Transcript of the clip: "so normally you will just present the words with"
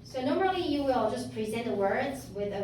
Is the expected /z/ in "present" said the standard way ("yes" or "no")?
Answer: yes